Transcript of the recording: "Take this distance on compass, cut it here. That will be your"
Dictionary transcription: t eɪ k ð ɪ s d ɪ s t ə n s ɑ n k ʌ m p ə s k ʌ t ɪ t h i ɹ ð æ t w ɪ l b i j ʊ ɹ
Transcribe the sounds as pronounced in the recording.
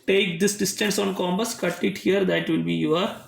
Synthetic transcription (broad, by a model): t eɪ k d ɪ s d ɪ s t ə n s ɑ n k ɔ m b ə s k ʌ t ɪ t h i ɹ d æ t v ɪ l b i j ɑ ɹ